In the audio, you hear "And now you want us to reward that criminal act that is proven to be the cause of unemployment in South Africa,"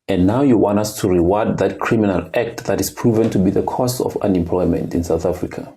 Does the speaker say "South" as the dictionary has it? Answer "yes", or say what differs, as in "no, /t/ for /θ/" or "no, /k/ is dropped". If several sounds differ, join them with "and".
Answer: yes